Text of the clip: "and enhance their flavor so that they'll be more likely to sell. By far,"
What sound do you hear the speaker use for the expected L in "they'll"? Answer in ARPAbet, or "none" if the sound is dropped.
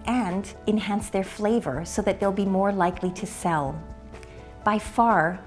L